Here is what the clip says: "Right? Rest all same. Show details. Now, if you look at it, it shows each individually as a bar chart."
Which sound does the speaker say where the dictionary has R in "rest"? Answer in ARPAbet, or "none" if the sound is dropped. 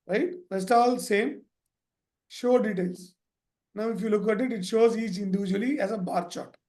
L